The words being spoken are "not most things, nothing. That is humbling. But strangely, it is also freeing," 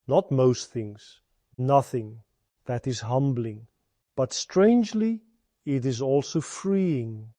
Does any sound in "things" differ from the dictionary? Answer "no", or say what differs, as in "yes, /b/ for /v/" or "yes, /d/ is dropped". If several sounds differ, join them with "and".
no